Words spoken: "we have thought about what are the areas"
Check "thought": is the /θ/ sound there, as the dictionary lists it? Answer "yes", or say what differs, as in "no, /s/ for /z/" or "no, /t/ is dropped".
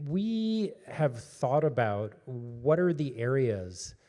yes